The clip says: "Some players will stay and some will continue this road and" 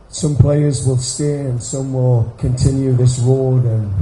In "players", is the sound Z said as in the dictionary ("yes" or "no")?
yes